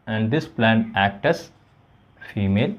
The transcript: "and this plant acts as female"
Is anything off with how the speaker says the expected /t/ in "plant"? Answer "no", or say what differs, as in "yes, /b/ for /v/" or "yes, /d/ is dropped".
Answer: yes, /t/ is dropped